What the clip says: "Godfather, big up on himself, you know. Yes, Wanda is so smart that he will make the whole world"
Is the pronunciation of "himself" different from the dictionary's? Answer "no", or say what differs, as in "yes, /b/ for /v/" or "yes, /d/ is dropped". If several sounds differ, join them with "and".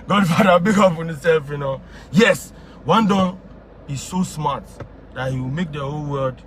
yes, /m/ is dropped